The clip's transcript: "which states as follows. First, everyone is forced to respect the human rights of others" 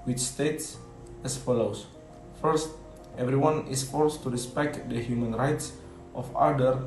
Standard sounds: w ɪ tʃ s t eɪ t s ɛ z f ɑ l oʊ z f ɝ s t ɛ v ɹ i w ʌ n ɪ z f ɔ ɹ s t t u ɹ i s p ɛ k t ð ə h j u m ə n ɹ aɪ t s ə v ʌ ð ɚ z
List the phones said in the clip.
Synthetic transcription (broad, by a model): w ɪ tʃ s t eɪ t s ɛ s f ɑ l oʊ s f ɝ s t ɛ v ɹ i w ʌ n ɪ s f ɔ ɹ s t t u ɹ i s p ɛ k t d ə h j u m ə n ɹ aɪ t s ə f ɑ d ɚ